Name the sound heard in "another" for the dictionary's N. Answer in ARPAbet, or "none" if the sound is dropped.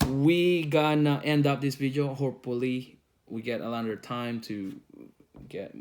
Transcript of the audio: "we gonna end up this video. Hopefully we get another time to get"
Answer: L